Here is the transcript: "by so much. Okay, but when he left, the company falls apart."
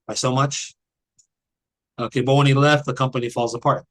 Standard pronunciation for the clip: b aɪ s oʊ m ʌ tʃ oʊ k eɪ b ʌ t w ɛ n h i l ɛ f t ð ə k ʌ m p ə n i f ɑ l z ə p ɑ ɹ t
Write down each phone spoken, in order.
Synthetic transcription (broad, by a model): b aɪ s oʊ m ʌ tʃ oʊ k eɪ b ʌ t w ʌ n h i l ɛ f t ð ə k ʌ m p ə n i f ɑ l z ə p ɑ ɹ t